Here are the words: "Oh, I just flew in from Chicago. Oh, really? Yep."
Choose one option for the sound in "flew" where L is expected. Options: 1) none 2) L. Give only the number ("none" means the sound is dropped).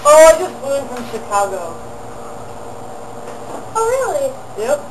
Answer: 1